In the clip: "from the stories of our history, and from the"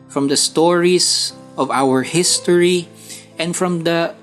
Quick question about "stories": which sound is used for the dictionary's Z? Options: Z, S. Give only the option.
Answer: S